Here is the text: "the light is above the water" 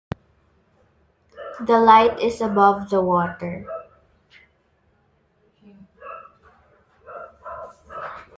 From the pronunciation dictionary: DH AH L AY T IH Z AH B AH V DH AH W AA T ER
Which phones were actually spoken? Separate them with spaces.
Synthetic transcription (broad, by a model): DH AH L AY T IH S AH B AH V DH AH W AA T ER